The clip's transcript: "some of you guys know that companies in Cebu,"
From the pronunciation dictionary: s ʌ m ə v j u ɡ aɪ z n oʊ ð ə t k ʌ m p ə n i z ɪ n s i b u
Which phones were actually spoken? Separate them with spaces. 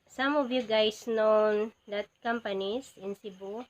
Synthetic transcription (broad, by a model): s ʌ m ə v j u ɡ aɪ s n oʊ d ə t k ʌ m p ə n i s ɪ n s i b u